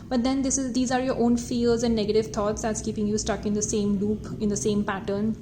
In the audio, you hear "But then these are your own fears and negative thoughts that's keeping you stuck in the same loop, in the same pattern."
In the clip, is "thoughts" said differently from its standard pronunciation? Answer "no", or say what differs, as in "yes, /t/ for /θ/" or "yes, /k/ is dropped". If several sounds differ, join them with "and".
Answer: yes, /t/ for /θ/